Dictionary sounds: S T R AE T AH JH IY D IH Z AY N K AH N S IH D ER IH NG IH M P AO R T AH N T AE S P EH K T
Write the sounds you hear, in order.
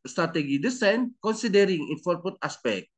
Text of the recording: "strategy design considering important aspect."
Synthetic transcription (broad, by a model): S T R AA T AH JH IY D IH S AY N K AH N S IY D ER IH NG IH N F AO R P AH T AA S P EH K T